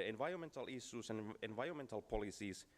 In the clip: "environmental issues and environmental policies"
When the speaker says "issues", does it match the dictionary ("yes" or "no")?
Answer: no